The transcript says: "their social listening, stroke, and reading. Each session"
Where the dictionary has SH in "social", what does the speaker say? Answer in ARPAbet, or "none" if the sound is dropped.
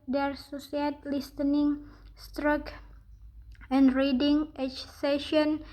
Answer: S